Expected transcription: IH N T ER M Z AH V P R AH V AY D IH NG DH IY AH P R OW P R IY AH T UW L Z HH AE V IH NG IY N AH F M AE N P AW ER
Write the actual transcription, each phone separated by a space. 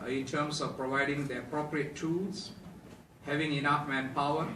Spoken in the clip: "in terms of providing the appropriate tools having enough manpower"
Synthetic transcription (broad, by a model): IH N T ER M S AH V P R AH V AY D IH NG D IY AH P R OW P R IY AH T UW L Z HH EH V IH NG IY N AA F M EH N P AW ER